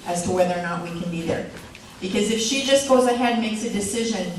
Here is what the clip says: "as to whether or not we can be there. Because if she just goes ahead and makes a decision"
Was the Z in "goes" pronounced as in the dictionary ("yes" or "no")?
yes